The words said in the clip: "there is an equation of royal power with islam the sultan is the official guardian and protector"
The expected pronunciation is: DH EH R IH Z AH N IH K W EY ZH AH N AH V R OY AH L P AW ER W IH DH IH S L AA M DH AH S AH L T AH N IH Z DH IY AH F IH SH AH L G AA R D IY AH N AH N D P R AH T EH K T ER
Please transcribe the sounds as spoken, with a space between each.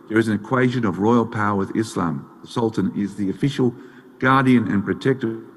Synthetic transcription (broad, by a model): DH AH R IH Z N IH K W EY ZH AH N AH V R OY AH L P AW ER W IH DH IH S L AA M DH AH S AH L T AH N IH Z DH IY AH F IH SH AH L G AA R D IY AH N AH N P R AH T EH K T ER